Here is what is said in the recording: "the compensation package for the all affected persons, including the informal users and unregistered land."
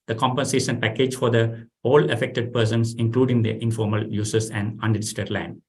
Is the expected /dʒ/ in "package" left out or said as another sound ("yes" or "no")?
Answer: no